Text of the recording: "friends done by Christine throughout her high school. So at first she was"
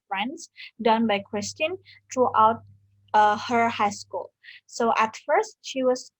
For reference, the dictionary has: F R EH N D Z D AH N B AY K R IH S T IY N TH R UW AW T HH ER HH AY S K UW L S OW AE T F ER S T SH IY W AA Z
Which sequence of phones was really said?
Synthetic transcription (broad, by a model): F R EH N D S D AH N B AY K R IH S T IY N T R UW AW T HH ER HH AY S K UW L S OW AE T F ER S T SH IY W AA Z